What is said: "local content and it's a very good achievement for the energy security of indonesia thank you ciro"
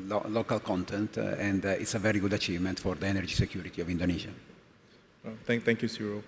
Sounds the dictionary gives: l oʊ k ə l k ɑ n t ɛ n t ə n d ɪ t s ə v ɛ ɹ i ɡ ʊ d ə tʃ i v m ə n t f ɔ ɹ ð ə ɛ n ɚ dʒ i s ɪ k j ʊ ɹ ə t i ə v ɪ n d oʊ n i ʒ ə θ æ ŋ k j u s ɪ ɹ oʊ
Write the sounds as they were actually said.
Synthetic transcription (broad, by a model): l oʊ k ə l k ɑ n t ɛ n t ə n d ɪ t s ə v ɛ ɹ i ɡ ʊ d ə tʃ i v m ə n t f ɔ ɹ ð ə ɛ n ɚ dʒ i s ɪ k j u ɹ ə t i ə v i n d oʊ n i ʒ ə t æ ŋ k j u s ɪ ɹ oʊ